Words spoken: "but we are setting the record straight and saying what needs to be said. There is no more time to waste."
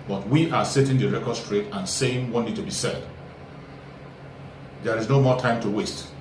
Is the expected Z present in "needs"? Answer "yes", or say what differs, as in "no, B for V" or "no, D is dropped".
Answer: no, Z is dropped